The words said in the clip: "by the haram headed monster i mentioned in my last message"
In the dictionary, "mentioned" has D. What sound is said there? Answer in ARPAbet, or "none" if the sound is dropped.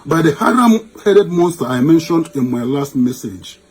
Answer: D